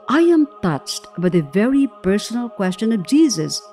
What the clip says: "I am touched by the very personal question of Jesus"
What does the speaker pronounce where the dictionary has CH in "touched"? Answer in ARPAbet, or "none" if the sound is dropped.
CH